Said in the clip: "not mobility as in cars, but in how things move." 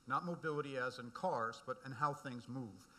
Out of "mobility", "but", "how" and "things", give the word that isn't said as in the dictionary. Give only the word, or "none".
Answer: none